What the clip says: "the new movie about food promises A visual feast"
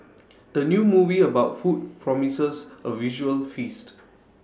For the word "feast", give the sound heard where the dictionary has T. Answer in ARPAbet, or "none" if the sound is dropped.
T